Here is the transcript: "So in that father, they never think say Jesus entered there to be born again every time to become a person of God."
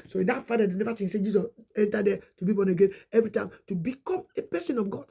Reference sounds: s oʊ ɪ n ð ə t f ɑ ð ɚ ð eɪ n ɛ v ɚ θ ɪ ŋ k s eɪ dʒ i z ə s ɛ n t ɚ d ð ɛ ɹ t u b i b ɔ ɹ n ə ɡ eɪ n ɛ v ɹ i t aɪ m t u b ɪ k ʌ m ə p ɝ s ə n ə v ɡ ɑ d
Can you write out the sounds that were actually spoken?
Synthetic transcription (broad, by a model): s oʊ ɪ n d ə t f ɑ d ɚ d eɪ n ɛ v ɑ t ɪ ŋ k s eɪ dʒ i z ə s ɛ n t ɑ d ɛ t u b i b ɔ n ə ɡ eɪ n ɛ v ɹ i t aɪ m t u b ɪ k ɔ m ə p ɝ s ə n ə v ɡ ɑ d